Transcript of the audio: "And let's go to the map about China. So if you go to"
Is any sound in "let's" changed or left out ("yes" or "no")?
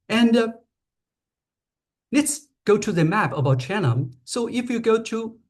no